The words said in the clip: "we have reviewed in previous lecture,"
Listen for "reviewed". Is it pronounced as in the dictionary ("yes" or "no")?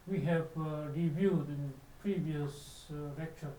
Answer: yes